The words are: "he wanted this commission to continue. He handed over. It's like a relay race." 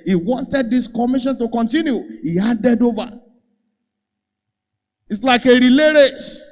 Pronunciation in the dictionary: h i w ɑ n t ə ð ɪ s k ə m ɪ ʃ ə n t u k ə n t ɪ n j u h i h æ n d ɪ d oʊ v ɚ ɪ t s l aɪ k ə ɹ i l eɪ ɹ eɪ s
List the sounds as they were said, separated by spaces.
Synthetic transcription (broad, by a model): h i w ɑ n t ə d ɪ s k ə m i ʃ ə n t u k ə n t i n j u h i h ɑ d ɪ d oʊ v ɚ ɪ t s l aɪ k ə ɹ i l eɪ ɹ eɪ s